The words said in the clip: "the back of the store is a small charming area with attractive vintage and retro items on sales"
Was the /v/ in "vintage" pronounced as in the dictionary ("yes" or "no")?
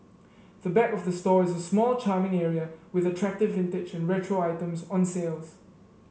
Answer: yes